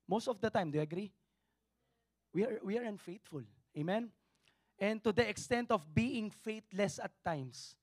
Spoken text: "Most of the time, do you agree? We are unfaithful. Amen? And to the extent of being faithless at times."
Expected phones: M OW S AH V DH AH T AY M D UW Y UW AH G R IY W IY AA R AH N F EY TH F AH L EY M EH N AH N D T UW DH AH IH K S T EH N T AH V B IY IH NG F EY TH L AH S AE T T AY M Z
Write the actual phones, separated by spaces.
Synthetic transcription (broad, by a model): M OW S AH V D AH T AY M D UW Y UW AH G R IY W IY AA R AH N F EY T F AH L EY M EH N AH N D T UW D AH IH K S T EH N T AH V B IY IH NG F EY T L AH S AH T T AY M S